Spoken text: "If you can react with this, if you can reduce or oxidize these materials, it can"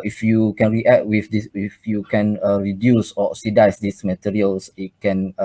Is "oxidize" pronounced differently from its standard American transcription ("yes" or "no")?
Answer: yes